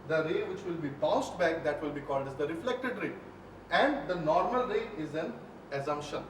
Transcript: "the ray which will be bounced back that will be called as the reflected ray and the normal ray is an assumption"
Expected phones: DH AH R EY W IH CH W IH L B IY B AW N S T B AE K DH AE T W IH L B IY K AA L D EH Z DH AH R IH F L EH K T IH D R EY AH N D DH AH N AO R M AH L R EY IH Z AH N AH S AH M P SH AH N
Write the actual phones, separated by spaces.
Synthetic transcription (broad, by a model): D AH R EY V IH CH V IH L B IY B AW S T B AE K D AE T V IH L B IY K AA L D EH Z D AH R IH F L EH K T IH D R EY AH N D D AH N AO R M AH L R EY IH Z AH N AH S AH M P SH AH N